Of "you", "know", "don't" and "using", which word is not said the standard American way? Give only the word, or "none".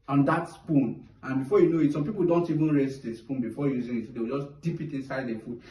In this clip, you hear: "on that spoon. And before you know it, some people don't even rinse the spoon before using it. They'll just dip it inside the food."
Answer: none